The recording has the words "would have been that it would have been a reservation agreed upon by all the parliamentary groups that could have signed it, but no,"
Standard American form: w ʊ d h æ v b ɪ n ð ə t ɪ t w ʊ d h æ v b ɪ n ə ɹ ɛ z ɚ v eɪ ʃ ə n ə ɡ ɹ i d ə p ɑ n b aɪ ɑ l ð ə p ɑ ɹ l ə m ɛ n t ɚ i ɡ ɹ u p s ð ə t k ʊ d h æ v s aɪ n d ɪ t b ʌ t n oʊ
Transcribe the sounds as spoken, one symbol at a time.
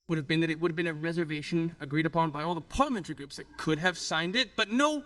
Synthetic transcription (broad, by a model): w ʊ d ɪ v b ɪ n ð ə t ɪ t w ʊ d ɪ v b ɪ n ə ɹ ɛ z ɚ v eɪ ʃ ə n ə ɡ ɹ i d ə p ɑ n b aɪ ɑ l ð ə p ɑ ɹ l ə m ɛ n t ɚ i ɡ ɹ u p s ð ə t k ʊ d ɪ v s aɪ n d ɪ t b ʌ t n oʊ